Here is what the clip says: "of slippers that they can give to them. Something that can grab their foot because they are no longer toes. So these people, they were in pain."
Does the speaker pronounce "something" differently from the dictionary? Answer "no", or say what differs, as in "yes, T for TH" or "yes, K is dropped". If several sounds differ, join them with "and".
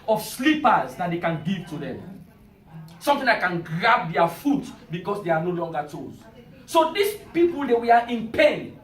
yes, T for TH